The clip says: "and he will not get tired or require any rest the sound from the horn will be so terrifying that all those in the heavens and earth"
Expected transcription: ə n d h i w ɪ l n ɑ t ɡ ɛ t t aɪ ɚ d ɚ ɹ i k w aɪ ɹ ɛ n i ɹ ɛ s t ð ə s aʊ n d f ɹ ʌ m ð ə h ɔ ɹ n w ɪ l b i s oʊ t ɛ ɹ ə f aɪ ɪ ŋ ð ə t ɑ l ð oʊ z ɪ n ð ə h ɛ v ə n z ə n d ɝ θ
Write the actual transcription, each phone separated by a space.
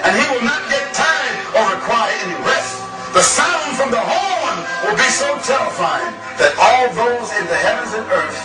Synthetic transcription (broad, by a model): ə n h i w ɪ l n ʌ t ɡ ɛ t t aɪ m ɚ ɹ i k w aɪ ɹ ɛ n i ɹ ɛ s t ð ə s aʊ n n f ɹ ʌ m ð ə h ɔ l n w ɪ l b i s oʊ t ɛ ɹ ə f aɪ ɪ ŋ ð ə t ɑ l ð oʊ z ɪ n ð ə h ɛ v ə n z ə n ɝ θ